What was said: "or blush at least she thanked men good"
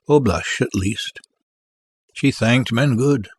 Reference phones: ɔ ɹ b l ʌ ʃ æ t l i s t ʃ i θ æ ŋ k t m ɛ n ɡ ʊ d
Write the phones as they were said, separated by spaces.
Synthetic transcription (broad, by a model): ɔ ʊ b l ʌ ʃ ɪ t l i s t ʃ i θ æ ŋ k t m ɛ n ɡ ʊ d